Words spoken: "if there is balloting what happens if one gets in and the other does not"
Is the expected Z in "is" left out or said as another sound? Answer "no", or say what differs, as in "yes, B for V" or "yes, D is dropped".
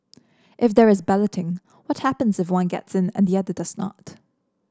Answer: no